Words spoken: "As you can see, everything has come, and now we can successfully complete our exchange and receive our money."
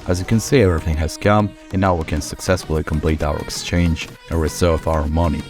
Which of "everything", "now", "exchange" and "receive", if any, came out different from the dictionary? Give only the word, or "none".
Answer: receive